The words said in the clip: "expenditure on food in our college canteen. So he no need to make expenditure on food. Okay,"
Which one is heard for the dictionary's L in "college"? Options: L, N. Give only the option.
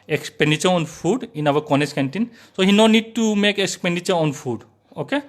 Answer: N